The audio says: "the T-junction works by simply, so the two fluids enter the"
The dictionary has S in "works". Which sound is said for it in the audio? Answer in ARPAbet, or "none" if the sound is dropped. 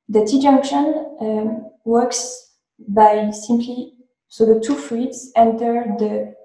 S